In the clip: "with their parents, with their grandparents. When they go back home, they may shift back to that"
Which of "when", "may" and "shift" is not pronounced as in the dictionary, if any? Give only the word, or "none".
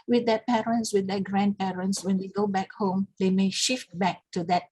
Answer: none